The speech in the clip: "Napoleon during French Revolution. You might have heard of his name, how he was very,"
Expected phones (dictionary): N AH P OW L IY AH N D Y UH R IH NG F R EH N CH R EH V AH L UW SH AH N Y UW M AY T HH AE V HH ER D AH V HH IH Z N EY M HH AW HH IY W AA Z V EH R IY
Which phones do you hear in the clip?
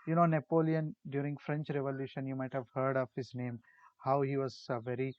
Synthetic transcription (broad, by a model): N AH P OW L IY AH N D Y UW R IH NG F R EH N CH R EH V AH L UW SH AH N Y UW M AY T HH AE V HH ER D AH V HH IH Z N EY M HH AW HH IY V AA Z V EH R IY